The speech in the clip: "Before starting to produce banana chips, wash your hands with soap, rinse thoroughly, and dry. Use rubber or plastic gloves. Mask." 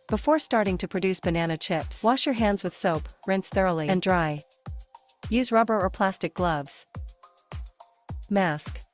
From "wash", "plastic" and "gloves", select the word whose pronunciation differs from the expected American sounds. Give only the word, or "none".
none